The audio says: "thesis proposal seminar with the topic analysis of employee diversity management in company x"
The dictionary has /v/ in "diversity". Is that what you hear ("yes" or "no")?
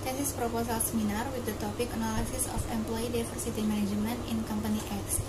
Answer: no